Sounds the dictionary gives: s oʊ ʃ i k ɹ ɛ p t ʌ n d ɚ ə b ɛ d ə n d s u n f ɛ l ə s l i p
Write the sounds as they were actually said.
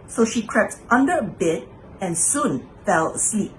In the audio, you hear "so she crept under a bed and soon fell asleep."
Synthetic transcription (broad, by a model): s oʊ ʃ i k ɹ ɛ p t ʌ n d ɚ ə b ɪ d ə n s u n f ɛ l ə s l i p